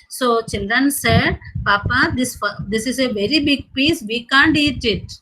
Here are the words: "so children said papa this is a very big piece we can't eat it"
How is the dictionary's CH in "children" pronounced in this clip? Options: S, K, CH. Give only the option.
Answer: CH